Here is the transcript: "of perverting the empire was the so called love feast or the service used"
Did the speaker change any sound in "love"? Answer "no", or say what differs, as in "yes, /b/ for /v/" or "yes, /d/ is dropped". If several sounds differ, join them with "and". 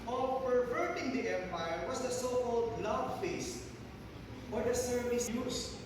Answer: yes, /b/ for /v/